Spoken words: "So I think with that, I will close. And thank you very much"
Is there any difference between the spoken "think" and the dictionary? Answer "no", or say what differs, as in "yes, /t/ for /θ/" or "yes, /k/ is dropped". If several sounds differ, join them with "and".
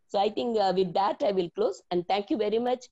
yes, /t/ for /θ/